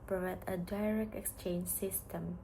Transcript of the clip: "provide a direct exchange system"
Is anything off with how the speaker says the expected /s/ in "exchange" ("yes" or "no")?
no